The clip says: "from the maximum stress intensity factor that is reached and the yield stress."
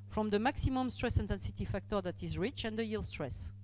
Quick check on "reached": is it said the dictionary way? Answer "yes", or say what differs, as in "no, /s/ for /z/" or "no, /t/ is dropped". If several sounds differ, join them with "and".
no, /t/ is dropped